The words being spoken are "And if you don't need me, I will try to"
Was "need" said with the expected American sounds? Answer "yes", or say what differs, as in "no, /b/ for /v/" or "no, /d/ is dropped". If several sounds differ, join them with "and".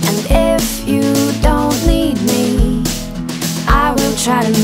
no, /l/ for /n/